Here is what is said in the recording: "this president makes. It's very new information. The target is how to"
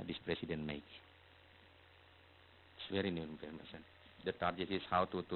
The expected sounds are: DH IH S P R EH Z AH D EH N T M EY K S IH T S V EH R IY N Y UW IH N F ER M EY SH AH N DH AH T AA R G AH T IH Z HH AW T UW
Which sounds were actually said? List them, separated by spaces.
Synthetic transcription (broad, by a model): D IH S P R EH S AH D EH N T M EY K IH T S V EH R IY N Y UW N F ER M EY S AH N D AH T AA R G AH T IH S HH AW T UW